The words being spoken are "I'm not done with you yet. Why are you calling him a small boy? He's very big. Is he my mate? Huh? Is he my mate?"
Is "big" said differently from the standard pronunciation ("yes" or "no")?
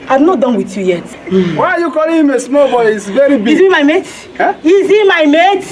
yes